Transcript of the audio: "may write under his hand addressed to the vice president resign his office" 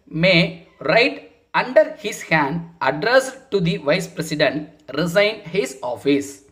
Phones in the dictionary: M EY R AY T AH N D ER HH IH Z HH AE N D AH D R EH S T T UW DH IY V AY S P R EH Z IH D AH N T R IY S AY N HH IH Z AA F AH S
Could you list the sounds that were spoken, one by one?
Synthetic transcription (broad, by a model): M EY R AY T AH N D ER HH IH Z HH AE N D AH D R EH S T T UW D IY V AY S P R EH S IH D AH N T R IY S AY N HH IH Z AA F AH S